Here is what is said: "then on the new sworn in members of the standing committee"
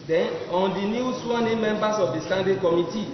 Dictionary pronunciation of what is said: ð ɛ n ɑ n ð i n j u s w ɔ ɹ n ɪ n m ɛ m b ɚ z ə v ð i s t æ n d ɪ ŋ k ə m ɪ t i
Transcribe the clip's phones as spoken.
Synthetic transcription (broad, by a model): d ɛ n ɑ n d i n j u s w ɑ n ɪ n m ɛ m b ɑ s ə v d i s t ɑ n d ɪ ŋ k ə m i t i